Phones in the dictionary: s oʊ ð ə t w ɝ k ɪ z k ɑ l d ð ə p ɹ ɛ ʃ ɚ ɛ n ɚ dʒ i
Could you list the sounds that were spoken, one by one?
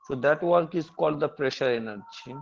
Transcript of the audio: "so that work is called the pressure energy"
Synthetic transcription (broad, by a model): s oʊ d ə t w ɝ k ɪ z k ɑ l d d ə p ɹ ɛ ʃ ɚ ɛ n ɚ dʒ i